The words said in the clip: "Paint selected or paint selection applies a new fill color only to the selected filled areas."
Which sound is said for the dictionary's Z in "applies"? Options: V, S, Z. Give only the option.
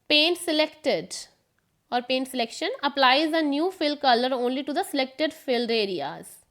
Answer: Z